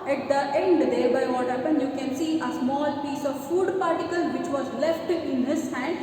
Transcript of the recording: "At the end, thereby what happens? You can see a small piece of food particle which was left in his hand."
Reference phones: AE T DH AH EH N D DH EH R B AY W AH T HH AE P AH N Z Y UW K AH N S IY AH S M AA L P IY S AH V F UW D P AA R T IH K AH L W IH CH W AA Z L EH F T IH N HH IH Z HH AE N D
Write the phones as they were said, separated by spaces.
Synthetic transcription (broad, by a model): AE T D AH EH N D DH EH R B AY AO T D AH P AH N Y UW K AH N S IY AH S M AA L P IY S AH V F UW D P AA R T IH K AH L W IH CH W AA Z L EH F T IH N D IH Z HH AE N D